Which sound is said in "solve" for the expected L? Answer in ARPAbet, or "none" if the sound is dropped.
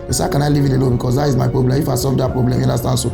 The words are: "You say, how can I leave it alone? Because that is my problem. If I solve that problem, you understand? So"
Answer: none